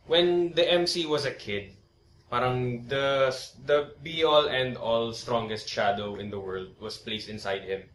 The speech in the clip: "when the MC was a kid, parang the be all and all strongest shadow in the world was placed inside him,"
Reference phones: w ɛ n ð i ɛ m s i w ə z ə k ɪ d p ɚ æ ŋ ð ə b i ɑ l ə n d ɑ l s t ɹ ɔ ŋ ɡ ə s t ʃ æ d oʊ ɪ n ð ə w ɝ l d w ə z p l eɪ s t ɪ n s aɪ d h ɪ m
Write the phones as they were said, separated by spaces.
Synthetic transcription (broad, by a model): w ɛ n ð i ɛ m s i w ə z ə k ɪ d p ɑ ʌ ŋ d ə b i ɑ l ə n d ɑ l s t ɹ ɔ ŋ ɡ ə s t ʃ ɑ d oʊ ɪ n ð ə w ɝ l d w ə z p l eɪ s t ɪ n s aɪ d h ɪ m